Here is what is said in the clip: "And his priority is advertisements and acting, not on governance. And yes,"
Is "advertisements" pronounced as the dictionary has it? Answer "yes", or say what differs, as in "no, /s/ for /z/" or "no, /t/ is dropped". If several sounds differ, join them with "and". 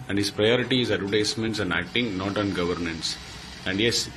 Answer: no, /v/ is dropped and /s/ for /z/